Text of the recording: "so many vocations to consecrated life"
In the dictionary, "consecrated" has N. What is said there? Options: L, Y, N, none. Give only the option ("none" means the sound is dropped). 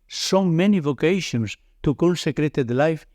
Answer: L